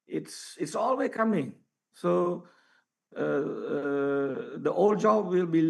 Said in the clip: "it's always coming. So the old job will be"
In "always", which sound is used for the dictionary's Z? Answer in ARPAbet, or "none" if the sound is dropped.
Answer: none